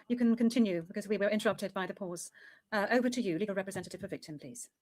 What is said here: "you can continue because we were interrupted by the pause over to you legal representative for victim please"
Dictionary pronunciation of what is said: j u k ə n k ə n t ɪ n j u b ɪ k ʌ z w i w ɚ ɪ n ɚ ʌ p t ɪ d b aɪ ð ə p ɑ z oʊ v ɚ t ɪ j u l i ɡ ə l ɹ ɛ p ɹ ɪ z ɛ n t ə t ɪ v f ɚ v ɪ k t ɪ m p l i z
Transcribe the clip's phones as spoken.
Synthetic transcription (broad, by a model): j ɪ k ə n k ə n t ɪ n j u b ɪ k ʌ z w i w ɚ ɪ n ɚ ʌ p t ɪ d b aɪ ð ə p ɑ z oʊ v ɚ t ɪ j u l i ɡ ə ɹ ɛ p ɹ ɪ z ɛ n t ə t ɪ v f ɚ v ɪ k t ɪ m p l i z